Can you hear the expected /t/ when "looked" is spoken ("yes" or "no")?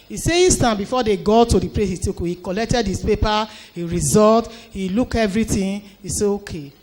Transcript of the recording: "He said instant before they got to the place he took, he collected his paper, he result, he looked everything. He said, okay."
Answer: no